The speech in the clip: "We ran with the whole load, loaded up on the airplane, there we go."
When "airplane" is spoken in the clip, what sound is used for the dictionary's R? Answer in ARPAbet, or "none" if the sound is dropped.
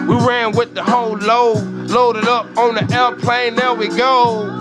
L